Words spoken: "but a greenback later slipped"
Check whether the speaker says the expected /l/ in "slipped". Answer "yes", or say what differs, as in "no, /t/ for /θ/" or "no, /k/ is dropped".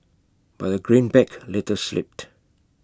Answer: yes